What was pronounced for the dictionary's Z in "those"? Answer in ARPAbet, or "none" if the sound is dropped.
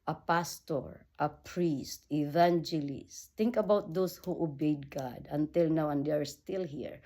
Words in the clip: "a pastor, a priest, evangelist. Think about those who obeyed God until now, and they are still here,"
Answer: S